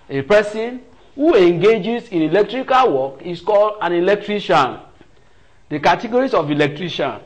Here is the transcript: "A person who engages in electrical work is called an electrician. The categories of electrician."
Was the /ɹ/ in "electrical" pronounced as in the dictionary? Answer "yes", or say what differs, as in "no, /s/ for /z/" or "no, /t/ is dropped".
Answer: yes